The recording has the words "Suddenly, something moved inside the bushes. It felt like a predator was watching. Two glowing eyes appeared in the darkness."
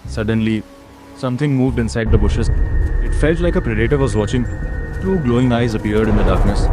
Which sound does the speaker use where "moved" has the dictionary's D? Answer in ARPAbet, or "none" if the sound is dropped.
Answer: D